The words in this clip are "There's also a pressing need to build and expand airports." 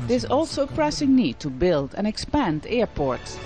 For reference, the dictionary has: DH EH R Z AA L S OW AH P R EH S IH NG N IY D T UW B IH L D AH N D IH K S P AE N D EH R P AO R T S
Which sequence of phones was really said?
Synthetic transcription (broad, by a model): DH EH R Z AA L S OW AH P R EH S IH NG N IY D T UW B IH L D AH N IH K S P AE N D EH R P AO R T S